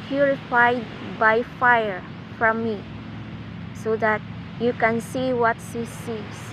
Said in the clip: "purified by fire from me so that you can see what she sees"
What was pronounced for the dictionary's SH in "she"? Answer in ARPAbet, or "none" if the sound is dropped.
S